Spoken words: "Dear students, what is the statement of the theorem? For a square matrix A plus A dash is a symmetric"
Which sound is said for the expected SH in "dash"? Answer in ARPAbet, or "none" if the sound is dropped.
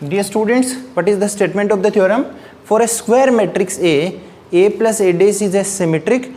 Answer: S